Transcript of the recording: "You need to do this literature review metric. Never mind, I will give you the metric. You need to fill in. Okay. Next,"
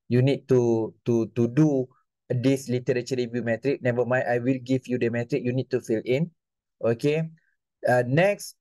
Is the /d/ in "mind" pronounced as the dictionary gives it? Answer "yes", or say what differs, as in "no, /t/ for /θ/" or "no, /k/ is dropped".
no, /d/ is dropped